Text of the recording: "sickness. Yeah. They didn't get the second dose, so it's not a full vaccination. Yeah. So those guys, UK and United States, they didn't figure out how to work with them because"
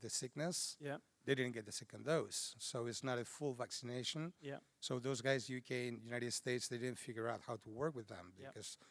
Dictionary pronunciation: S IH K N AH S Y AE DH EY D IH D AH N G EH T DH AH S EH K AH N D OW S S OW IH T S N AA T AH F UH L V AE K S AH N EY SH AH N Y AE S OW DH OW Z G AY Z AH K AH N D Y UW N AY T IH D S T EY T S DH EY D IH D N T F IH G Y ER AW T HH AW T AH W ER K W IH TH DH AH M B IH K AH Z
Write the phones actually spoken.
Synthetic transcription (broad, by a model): S IH K N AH S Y DH EY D IH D N G EH T DH AH S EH K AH N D OW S S OW IH T S N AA T AH F UH L V AE K S AH N EY SH AH N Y S OW DH OW Z G AY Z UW K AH N Y UW N AY T IH D S T EY T S DH EY D IH D N T F IH G Y ER AW T HH AW T AH W ER K W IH DH AH M B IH K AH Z